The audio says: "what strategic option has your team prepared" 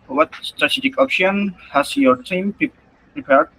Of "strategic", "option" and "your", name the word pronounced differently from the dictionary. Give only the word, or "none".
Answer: none